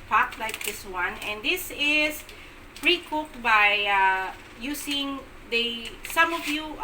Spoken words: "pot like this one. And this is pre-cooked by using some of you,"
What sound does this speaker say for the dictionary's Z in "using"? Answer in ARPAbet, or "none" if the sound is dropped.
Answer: S